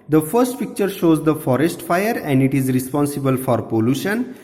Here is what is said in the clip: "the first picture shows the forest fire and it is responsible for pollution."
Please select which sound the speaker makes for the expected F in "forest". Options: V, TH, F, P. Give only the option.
F